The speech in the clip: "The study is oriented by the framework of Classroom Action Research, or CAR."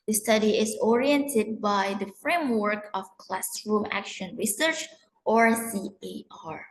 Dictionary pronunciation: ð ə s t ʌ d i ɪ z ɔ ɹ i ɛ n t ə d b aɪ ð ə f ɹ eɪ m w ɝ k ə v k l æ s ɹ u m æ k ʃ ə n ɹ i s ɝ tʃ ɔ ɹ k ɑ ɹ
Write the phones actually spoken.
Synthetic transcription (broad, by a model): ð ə s t ʌ d i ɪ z ɔ ɹ i ɛ n t ə d b aɪ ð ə f ɹ eɪ m w ɝ k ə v k l æ s ɹ u m æ k ʃ ə n ɹ i s ɝ tʃ ɔ ɹ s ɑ ɹ